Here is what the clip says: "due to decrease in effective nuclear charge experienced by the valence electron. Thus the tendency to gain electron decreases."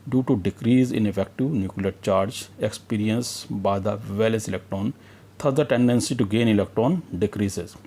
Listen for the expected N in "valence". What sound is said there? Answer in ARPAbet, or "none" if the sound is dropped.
none